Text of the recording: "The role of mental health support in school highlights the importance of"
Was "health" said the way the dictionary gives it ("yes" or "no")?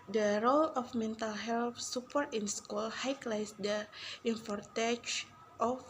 no